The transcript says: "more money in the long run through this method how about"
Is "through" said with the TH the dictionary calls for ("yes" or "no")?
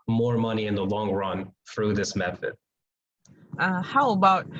yes